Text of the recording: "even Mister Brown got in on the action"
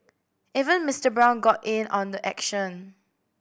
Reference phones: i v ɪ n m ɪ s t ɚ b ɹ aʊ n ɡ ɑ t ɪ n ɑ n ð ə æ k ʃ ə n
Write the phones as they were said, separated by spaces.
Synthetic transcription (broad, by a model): i v ɪ n m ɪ s t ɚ b ɹ aʊ n ɡ ɑ t ɪ n ɑ n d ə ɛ k ʃ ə n